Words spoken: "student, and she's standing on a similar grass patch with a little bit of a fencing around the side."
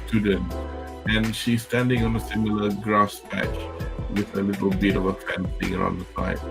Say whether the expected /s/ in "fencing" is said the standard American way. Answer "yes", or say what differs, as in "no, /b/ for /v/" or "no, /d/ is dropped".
no, /θ/ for /s/